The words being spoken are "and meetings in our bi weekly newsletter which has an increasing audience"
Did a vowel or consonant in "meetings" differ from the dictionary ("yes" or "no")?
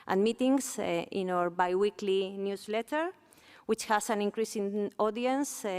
yes